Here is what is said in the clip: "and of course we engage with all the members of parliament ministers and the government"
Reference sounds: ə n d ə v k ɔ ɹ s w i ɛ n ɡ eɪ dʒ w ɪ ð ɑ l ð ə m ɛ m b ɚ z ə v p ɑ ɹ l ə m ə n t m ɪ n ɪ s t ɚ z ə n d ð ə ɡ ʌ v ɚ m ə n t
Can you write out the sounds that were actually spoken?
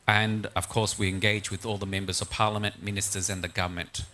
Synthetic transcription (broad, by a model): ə n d ə v k ɔ ɹ s w i ɛ n ɡ eɪ dʒ w ɪ ð ɑ l ð ə m ɛ m b ɚ z ə v p ɑ ɹ l ə m ə n t m ɪ n ɪ s t ɚ z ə n ð ə ɡ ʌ v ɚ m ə n t